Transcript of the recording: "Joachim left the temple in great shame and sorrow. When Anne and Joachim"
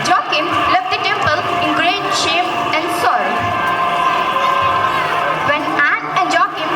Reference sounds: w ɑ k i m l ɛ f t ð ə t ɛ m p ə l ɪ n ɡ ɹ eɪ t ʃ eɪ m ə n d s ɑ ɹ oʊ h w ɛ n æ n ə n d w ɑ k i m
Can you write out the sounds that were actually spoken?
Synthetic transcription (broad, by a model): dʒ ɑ k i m l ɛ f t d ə t ɛ m p ə l ɪ n ɡ ɹ eɪ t ʃ eɪ m ə n d s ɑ ɪ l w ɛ n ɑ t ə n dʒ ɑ k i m